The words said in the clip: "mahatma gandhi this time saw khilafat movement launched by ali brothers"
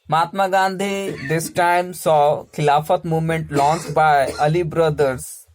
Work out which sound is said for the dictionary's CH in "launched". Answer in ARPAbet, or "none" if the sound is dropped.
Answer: S